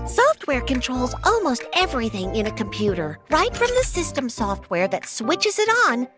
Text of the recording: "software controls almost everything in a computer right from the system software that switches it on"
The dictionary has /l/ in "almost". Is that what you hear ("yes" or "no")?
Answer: yes